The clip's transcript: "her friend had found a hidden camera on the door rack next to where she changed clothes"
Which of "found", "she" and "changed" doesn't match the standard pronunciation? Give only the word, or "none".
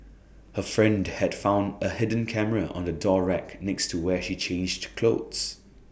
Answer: none